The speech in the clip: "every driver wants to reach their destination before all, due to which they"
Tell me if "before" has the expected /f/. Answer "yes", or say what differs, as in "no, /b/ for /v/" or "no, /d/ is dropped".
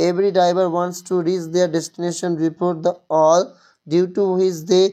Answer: no, /p/ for /f/